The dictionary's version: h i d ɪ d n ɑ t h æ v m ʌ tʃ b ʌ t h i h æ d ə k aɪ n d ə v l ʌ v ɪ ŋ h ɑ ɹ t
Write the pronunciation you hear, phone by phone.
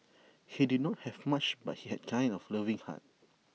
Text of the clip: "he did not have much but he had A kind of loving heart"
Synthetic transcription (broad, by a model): h i d ɪ d n ɑ t h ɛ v m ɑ tʃ b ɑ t h i h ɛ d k aɪ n ə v l ʌ v ɪ ŋ h ɑ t